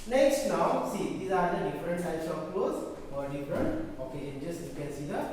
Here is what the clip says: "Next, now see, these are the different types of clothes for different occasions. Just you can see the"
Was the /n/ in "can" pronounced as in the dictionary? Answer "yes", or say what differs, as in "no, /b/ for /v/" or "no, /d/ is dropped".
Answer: no, /l/ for /n/